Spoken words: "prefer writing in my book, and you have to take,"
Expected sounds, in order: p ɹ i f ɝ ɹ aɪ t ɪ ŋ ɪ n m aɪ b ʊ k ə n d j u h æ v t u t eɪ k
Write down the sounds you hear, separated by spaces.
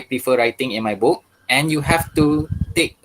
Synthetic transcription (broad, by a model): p ɹ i f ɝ ɹ aɪ t ɪ ŋ ɪ n m aɪ b ʊ k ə n j u h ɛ f t u t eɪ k